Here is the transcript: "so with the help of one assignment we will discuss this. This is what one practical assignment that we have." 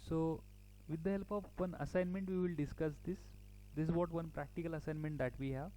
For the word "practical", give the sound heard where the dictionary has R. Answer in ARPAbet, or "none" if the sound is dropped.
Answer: R